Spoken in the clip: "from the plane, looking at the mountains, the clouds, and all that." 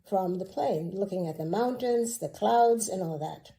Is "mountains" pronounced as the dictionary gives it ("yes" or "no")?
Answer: yes